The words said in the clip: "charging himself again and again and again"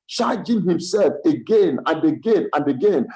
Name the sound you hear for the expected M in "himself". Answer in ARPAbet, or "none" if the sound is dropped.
M